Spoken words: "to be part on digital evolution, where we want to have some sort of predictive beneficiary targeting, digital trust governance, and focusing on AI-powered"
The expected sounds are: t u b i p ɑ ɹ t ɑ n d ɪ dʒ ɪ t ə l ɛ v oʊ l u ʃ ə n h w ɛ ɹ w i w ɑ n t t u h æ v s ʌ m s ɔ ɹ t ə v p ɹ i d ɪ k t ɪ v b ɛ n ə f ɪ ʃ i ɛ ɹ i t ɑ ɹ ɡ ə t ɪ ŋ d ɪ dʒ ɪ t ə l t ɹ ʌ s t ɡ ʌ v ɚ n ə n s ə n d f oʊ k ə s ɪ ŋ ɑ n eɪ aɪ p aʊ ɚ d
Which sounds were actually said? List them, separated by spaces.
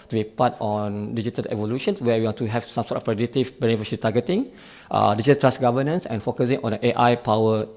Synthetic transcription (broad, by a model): t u b i p ɑ t ɑ n d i dʒ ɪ t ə l ɛ v oʊ l u ʃ ə n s w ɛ w i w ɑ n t t u h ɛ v s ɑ m s ɔ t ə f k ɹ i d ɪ t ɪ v b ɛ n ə f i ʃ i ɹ i t ɑ ɡ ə t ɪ ŋ d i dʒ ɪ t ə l t ɹ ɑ s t ɡ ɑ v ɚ n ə n s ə n f oʊ k ə s ɪ ŋ ɑ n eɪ aɪ p aʊ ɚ